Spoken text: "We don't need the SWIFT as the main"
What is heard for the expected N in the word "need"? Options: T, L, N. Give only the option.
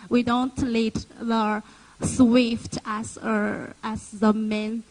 L